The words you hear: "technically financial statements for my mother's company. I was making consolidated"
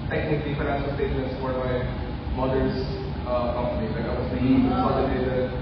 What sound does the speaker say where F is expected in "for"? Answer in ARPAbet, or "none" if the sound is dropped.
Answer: P